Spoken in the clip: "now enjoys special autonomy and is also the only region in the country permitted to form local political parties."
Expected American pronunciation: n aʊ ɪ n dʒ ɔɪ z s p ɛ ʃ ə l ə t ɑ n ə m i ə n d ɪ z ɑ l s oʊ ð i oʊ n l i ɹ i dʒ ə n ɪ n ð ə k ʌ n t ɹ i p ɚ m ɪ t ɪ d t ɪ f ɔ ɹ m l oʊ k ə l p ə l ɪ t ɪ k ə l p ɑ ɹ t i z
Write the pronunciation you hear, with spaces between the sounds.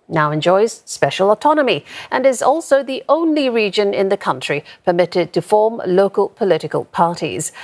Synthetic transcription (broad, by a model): n aʊ ɪ n dʒ ɔɪ z s p ɛ ʃ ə l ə t ɑ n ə m i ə n ɪ z ɑ l s oʊ ð i oʊ n l i ɹ i dʒ ə n ɪ n ð ə k ʌ n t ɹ i p ɚ m ɪ t ɪ d t ɪ f ɔ ɹ m l oʊ k ə l p ə l ɪ t ɪ k ə l p ɑ ɹ t i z